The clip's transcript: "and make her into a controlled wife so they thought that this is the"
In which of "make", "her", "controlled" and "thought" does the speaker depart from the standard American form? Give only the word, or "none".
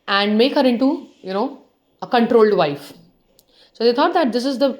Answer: thought